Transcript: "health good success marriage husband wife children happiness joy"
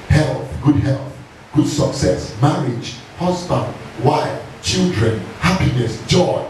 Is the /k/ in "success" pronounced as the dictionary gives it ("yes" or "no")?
yes